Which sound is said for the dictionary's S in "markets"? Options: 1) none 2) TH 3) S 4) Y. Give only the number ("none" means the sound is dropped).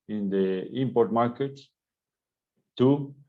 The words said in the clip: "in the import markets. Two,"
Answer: 1